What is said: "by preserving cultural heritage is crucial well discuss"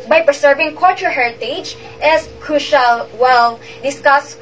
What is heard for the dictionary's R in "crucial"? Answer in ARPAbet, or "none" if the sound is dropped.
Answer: R